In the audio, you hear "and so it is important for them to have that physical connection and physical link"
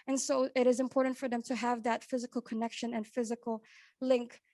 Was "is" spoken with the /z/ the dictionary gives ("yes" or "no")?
yes